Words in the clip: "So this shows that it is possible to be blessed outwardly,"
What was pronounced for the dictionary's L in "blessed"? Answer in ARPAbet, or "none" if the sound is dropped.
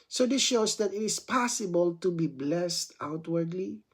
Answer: L